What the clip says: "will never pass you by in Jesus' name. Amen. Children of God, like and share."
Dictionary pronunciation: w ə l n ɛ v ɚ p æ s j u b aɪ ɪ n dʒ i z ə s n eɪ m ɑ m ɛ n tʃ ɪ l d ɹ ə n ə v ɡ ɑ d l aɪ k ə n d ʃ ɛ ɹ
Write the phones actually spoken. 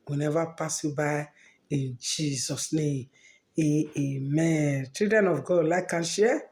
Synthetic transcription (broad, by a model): w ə n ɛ v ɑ p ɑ s j u b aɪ ɪ n dʒ i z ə s n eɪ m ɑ m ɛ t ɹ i d ə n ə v ɡ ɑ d l aɪ k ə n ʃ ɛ